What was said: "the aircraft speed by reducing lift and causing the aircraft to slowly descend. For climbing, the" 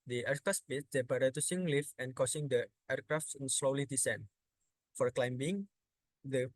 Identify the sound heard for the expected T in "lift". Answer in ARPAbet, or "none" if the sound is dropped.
none